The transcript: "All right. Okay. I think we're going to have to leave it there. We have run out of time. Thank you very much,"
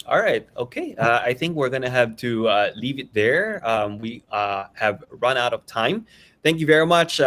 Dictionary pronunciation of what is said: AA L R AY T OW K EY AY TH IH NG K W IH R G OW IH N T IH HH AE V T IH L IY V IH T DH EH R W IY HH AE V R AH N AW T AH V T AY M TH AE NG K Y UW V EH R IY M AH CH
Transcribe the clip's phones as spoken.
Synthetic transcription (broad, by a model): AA L R AY T OW K EY AY TH IH NG K W IH R G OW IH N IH HH AE V T IH L IY V IH T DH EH R W IY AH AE V R AH N AW T AH V T AY M TH AE NG K Y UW V EH R IY M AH CH